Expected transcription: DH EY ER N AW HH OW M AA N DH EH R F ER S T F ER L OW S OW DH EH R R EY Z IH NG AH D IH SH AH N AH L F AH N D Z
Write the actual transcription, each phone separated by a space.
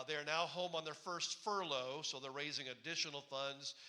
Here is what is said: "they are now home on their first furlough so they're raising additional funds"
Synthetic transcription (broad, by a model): DH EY ER N AW HH OW M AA N DH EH R F ER S T F ER L OW S OW DH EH R R EY Z IH NG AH D IH SH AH N L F AH N D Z